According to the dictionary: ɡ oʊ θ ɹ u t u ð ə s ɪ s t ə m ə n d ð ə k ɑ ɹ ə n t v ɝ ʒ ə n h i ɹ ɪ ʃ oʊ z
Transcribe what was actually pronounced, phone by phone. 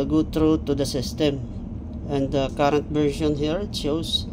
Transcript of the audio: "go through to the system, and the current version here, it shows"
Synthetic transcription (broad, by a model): ɡ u t ɹ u t u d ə s ɪ s t ə m ə n d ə k ɑ ɹ ə n t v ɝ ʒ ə n h i ɹ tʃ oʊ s